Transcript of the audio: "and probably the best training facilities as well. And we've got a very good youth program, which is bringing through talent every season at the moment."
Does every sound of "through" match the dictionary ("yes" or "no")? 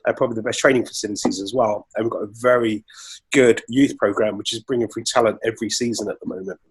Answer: no